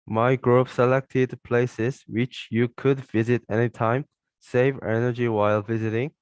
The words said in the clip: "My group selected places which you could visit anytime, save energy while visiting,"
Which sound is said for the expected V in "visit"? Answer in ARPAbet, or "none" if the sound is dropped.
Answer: V